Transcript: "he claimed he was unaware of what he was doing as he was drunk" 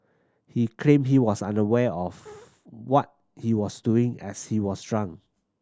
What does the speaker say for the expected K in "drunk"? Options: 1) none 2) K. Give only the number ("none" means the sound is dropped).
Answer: 1